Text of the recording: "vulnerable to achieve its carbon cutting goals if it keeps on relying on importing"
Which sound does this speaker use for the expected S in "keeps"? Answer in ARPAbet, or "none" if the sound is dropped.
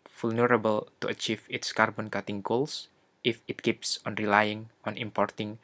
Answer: S